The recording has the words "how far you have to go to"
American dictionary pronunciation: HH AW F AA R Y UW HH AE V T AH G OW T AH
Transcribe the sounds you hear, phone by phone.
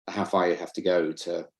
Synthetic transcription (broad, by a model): HH AW F AA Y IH HH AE F T AH G OW T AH